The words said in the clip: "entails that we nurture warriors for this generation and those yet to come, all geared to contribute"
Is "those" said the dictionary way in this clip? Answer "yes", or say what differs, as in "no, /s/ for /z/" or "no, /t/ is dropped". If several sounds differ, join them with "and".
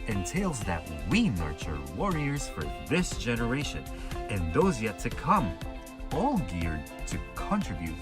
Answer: yes